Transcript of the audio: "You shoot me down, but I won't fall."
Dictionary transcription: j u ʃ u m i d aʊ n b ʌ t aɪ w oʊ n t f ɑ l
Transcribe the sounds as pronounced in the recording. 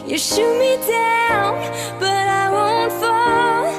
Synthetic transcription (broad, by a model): j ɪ ʃ u m i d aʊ l b ʌ t aɪ w oʊ n t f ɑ